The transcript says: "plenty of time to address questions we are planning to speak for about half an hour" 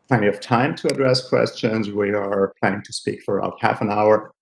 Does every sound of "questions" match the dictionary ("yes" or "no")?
yes